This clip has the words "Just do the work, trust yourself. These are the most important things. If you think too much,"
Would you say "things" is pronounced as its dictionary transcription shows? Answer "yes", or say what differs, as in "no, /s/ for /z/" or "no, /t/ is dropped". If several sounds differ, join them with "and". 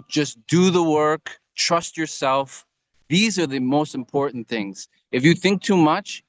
yes